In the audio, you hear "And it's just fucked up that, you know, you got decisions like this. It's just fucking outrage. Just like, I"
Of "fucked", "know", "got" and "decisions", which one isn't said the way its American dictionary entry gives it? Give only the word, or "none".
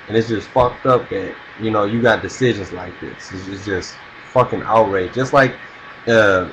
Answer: none